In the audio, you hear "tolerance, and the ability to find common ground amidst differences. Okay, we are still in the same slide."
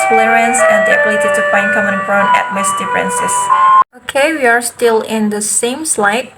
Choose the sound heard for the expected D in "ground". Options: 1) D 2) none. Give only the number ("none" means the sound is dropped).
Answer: 2